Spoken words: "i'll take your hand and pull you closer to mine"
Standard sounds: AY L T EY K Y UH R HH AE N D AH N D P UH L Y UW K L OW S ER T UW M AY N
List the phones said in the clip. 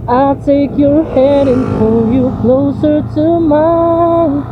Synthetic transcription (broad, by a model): AY L T EY K Y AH R HH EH D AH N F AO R Y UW K L OW S ER T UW M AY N